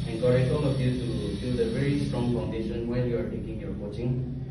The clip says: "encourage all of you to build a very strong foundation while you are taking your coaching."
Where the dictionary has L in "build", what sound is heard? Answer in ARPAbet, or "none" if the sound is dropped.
none